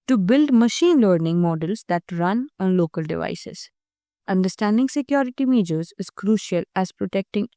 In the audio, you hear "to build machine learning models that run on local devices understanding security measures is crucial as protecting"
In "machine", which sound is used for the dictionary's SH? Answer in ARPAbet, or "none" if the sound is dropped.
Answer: SH